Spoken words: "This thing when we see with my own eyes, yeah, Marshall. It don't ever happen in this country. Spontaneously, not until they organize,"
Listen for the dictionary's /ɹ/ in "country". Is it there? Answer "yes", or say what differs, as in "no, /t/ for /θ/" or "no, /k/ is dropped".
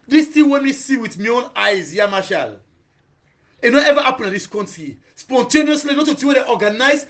no, /ɹ/ is dropped